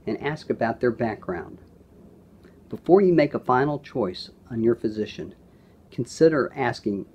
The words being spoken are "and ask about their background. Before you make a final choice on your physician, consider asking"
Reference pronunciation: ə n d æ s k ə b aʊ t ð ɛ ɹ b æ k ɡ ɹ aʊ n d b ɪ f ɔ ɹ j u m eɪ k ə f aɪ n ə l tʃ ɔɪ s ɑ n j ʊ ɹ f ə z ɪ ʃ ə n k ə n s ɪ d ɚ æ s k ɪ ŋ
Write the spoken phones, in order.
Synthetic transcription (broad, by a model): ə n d æ s k ə b aʊ t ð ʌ ɹ b æ k ɡ ɹ aʊ n d b ɪ f ɔ ɹ j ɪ m eɪ k ə f aɪ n l tʃ ɔɪ s n j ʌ ɹ f ə z ɪ ʃ ə n k n s ɪ d ɚ æ s k ɪ ŋ